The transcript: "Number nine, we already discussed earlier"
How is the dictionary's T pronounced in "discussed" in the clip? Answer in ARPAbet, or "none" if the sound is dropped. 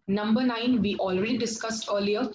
T